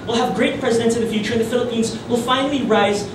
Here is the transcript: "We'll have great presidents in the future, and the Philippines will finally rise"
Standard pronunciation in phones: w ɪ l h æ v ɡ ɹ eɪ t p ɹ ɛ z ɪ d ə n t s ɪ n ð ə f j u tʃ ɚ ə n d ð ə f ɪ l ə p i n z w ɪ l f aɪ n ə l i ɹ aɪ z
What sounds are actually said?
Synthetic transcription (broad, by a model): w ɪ l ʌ v ɡ ɹ eɪ t p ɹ ɛ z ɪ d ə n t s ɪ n ð ə f j u tʃ ɚ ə n ð ə f ɪ l ə p i n z w ɪ l f aɪ n l i ɹ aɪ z